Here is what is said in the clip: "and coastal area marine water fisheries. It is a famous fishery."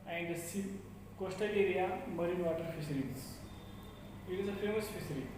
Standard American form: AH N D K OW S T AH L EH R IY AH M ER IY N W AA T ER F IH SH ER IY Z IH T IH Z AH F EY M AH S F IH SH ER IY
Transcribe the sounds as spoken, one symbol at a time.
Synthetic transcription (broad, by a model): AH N D K OW S T AH L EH R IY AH M ER IY N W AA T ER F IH S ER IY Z IH T IH Z AH F EY M AH S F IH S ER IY